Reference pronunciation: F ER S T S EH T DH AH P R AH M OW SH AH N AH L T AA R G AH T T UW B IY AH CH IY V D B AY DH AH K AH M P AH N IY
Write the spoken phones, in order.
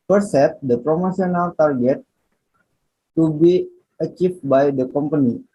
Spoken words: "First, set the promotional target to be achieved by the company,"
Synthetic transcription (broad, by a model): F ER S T S EH T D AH P R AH M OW S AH N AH L T AA R G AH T T UW B IY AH CH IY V B AY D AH K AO M P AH N IY